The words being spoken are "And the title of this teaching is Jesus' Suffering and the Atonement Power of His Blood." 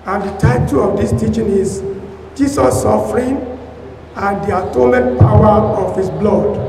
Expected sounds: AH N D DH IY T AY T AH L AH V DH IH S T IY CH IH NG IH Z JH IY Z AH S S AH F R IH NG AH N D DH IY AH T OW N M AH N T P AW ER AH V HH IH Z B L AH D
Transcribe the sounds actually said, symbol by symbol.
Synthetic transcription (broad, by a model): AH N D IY T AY T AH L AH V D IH S T IY CH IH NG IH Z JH IY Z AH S S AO F R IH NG AH N D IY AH T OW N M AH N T P AW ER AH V HH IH S B L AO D